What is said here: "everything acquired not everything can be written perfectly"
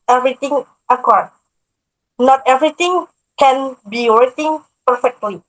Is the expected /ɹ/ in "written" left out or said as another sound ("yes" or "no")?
yes